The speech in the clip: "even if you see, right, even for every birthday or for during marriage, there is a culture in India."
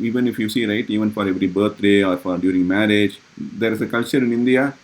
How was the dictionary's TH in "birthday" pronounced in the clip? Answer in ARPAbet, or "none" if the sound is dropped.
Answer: T